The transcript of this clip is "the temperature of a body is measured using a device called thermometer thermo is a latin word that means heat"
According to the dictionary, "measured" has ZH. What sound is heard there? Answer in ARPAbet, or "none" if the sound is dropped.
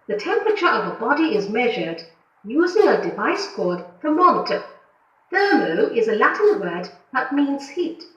ZH